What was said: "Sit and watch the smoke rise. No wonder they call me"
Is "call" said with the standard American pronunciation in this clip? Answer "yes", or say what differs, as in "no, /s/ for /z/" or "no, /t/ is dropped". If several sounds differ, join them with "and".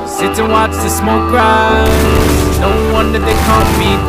no, /n/ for /l/